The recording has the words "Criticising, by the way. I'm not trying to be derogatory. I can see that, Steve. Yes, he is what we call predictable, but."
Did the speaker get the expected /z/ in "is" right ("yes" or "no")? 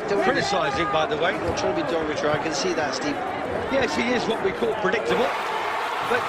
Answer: yes